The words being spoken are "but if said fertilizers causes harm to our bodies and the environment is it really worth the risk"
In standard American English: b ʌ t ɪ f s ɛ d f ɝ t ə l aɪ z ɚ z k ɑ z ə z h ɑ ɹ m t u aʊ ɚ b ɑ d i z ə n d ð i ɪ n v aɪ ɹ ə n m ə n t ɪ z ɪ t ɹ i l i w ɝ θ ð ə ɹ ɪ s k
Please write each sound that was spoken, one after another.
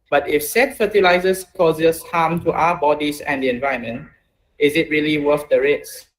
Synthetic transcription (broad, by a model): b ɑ t ɪ f s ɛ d f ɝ t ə l aɪ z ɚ s k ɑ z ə s h ɑ m t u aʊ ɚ b ɑ d i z ə n d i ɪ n v aɪ ə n m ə n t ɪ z ɪ t ɹ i l i w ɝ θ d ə ɹ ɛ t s